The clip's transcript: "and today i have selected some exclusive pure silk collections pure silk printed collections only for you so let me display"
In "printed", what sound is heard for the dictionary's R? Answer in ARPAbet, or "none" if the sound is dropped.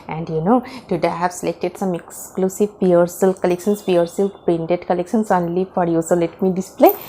none